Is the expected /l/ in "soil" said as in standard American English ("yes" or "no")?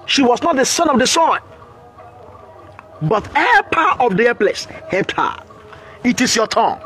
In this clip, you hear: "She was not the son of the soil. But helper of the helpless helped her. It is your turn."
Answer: no